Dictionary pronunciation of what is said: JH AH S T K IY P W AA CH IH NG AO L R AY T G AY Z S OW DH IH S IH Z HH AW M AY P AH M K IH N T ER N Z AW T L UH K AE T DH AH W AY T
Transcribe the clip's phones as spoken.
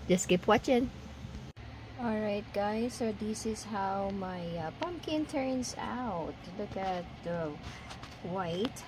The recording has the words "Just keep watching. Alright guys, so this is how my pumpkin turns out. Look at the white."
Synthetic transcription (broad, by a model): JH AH S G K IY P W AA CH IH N AO L R AY T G AY S OW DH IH S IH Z HH AW M AY P AH M K IH N T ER N S AW T L UH K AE T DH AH W AY T